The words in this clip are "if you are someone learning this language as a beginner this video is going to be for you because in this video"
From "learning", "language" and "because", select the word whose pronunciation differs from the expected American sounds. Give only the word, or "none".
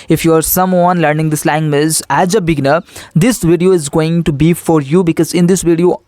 language